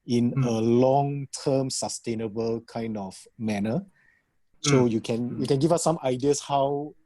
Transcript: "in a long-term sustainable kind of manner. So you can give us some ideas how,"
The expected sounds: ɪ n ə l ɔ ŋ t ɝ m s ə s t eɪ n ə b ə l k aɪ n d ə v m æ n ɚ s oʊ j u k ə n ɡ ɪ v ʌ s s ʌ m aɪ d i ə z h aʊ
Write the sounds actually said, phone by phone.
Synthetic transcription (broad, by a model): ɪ n ə l ɔ ŋ t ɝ m s ə s t eɪ n ə b ə l k aɪ n d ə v m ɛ n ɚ s oʊ j u k ə n ɡ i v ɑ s s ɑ m aɪ d i ə s h aʊ